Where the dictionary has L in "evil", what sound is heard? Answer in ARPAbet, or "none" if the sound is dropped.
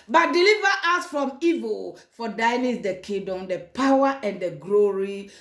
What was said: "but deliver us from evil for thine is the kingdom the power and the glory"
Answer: L